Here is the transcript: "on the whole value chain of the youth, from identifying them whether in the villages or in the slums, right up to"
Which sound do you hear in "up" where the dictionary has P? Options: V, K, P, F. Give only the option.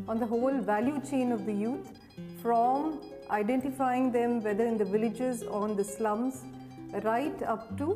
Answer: P